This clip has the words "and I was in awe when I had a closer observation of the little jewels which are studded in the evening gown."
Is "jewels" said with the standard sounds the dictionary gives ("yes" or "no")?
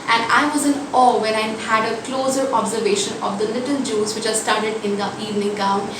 no